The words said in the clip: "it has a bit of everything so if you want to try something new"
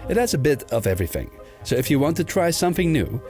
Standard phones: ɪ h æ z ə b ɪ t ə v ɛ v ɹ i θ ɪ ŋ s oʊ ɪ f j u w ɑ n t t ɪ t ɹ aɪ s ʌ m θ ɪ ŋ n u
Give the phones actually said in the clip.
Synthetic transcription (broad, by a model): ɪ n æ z ə b ɪ t ə v ɛ v ɹ i θ ɪ ŋ s oʊ ɪ f j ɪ w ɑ n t t ɪ t ɹ aɪ s ʌ m θ ɪ ŋ n u